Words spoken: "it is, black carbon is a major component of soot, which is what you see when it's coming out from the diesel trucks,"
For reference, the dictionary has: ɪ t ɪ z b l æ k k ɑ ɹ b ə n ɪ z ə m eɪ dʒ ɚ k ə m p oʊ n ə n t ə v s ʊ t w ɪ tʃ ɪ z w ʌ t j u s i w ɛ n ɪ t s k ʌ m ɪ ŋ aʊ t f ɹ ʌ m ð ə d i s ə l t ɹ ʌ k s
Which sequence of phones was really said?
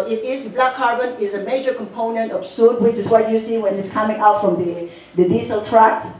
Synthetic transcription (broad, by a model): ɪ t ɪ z b l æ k k ɑ ɹ b ə n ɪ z ə m eɪ dʒ ɚ k ə m p oʊ n ə n t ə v s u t w ɪ tʃ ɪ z w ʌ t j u s i w ɛ n ɪ t s k ʌ m ɪ ŋ aʊ t f ɹ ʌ m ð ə d i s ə l t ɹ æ k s